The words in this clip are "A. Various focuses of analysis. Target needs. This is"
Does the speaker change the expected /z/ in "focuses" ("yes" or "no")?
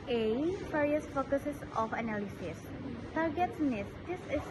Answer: yes